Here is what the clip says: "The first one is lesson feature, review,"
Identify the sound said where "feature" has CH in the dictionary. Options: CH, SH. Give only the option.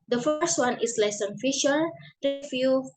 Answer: SH